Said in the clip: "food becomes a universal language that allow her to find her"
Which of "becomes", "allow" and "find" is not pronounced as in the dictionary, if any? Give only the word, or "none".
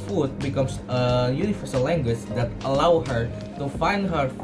becomes